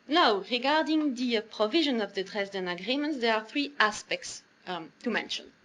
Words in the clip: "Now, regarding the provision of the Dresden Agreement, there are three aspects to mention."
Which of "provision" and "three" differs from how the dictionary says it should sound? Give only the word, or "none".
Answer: none